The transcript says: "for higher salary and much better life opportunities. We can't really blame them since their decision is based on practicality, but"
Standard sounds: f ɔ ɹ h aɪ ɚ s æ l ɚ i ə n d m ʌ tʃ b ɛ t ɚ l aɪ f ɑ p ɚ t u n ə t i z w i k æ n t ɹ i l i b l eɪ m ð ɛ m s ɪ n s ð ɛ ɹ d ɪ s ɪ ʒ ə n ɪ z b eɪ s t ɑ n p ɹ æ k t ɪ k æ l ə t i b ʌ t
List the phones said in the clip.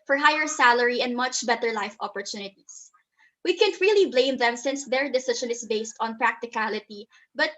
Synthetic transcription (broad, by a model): f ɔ ɹ h aɪ ɚ s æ l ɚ i ə n d m ʌ tʃ b ɛ t ɚ l aɪ f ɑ p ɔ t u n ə t i s w i k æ n t ɹ i l i b l eɪ m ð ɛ m s ɪ n s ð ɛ ɹ d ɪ s ɪ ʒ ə n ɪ s b eɪ s t ɑ n p ɹ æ k t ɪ k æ l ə t i b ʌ t